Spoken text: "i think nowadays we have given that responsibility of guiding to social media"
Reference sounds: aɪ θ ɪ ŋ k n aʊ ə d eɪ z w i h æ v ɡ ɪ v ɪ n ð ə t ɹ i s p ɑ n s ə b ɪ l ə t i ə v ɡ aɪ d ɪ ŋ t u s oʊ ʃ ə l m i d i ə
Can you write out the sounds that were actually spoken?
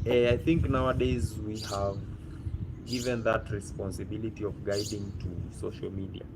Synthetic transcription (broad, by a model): aɪ θ ɪ ŋ k n aʊ ə d eɪ z w i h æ v ɡ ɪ v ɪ n ð ə t ɹ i s p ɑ n s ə b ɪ l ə t i ə v ɡ aɪ d ɪ ŋ t u s oʊ ʃ ə l m i d i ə